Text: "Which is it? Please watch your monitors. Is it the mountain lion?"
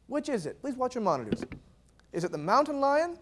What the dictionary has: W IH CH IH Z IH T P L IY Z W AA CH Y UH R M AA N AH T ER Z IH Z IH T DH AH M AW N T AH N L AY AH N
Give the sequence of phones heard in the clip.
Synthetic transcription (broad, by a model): W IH CH IH Z IH T P L IY Z W AA CH Y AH R M AA N AH T ER Z IH Z IH T DH AH M AW N T AH N L AY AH N